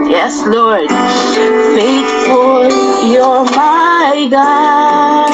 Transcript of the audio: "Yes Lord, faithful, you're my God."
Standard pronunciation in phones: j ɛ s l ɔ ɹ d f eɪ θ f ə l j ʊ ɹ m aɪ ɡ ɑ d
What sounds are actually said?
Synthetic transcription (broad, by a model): j ɛ s l ɔ ɹ d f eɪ t f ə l j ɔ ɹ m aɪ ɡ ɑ